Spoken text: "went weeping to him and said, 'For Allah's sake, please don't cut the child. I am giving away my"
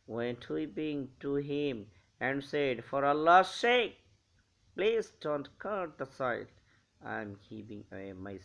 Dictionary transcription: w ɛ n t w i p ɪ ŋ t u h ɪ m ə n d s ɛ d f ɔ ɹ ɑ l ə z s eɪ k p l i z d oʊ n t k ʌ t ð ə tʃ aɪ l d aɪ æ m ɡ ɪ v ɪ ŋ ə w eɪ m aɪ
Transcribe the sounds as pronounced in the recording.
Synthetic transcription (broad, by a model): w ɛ n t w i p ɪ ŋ t u h ɪ m ə n d s ɛ d f ɔ ɹ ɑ l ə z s eɪ k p l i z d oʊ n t k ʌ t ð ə s aɪ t aɪ m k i p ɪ ŋ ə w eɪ m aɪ